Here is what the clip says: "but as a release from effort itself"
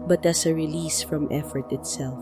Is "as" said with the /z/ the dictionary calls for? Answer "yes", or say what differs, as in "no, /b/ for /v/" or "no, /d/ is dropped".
no, /s/ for /z/